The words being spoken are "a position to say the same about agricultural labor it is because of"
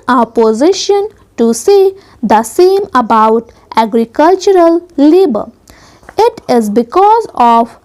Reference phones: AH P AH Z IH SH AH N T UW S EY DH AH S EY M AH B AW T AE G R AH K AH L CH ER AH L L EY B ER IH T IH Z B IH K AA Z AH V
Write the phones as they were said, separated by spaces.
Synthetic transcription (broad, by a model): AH P AH Z IH SH AH N T UW S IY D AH S EY M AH B AW T AE G R AH K AH L CH ER AH L L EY B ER IH T IH Z B IH K AA Z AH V